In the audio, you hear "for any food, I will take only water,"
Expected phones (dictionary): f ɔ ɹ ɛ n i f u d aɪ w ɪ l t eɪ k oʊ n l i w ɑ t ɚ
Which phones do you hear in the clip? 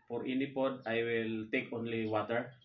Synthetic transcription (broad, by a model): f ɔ ɹ ɛ n i p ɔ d aɪ w ɪ l t eɪ k oʊ n l i w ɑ t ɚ